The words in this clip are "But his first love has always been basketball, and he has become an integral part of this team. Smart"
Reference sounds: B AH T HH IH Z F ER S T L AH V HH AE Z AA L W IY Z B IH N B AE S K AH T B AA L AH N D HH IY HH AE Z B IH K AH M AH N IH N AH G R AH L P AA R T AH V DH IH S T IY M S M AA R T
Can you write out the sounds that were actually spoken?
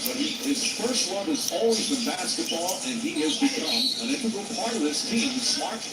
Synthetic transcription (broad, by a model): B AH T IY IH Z F ER S T W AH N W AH Z AA L W IY Z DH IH B AE S K AH T B AA L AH N IY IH Z B IH K AH M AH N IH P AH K L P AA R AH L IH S T IY M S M AA R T